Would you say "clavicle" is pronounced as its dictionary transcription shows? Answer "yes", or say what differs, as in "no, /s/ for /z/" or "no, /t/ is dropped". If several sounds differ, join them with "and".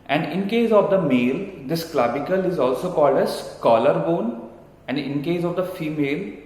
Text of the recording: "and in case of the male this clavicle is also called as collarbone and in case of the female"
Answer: no, /b/ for /v/